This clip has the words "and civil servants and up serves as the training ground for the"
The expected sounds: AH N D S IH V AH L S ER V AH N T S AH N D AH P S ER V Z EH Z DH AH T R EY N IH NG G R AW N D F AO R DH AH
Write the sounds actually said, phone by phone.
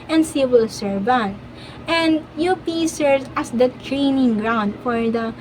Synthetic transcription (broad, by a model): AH N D S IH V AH L S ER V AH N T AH N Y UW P S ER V AA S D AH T R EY N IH NG G R AW N D F AO R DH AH